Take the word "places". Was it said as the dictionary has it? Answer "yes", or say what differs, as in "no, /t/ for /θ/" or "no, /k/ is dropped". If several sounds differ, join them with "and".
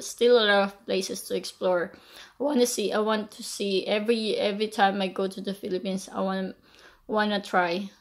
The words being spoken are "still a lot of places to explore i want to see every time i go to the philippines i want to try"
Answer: no, /s/ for /z/